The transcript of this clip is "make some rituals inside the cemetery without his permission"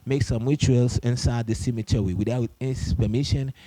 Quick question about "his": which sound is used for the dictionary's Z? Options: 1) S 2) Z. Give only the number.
1